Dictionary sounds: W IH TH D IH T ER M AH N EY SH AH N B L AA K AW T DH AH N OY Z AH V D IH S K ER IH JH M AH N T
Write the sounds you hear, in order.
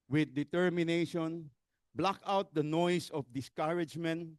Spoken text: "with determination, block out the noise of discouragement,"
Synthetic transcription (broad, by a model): W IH D IH T ER M AH N EY SH AH N B L AA K AW T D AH N OY S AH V D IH S K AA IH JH M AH N T